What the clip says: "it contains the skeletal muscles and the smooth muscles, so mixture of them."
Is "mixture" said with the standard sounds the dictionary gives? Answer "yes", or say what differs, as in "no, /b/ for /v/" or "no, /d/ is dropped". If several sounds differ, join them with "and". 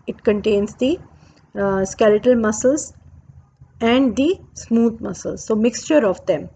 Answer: yes